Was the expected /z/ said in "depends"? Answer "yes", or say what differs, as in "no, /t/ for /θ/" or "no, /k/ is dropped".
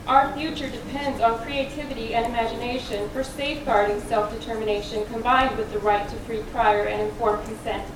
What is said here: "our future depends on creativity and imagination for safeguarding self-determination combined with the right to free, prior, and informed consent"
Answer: yes